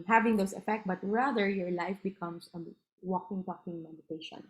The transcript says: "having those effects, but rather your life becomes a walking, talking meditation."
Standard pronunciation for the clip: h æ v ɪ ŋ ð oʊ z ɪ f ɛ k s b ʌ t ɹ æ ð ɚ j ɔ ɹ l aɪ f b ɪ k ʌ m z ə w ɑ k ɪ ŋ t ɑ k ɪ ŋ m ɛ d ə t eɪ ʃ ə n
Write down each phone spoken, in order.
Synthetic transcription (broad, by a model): h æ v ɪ ŋ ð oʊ s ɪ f ɛ k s b ʌ t ɹ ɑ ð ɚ j ɔ ɹ l aɪ f b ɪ k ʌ m s ə w ɑ k ɪ ŋ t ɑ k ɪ ŋ m ɛ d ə t eɪ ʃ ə n